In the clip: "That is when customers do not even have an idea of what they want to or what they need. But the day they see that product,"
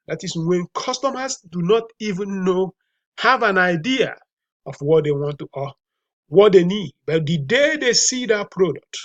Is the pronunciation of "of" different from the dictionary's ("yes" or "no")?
yes